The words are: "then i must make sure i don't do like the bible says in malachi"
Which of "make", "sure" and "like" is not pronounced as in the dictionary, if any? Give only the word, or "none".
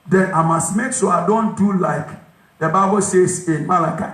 sure